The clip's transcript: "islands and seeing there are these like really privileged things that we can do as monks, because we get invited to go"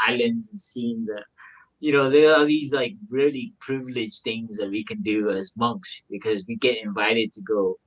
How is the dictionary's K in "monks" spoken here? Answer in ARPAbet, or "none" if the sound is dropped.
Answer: K